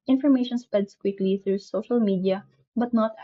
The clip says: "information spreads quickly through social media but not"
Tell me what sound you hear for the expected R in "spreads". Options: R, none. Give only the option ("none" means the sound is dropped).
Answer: none